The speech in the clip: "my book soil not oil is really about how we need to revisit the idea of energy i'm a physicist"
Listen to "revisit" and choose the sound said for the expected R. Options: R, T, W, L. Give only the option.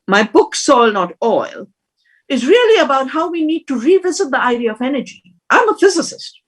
R